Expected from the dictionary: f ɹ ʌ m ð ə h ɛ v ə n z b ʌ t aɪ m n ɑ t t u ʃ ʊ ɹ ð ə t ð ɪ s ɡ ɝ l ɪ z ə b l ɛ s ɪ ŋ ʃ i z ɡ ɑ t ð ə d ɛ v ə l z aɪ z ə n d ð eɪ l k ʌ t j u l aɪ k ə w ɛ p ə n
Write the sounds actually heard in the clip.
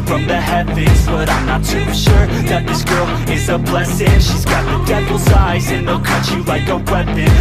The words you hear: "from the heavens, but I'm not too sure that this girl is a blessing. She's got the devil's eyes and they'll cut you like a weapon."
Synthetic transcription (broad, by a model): f ɹ ʌ m ð ə h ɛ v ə z b ʌ t aɪ m n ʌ t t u ʃ ʊ ɹ ð ə t ð ɪ s ɡ ɝ l ɪ z ə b l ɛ s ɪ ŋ ʃ i z ɡ ɑ t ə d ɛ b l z aɪ z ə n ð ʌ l k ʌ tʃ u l aɪ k ə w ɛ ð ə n